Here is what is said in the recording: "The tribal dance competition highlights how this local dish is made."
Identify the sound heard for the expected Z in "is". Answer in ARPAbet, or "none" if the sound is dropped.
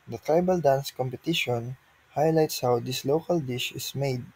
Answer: S